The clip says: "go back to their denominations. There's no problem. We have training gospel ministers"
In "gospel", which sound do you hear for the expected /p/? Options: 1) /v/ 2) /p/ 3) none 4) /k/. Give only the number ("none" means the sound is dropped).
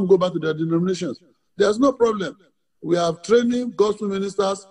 3